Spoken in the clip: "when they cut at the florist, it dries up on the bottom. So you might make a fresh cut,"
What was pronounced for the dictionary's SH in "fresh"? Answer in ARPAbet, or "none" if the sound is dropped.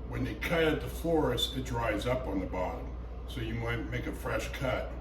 SH